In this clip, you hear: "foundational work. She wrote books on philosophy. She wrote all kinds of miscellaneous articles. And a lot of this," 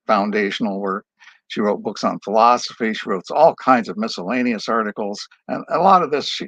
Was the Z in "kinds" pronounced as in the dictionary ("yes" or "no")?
yes